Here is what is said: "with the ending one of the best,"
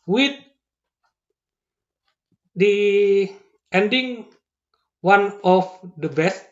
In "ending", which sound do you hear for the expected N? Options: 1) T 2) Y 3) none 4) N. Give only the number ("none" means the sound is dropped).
4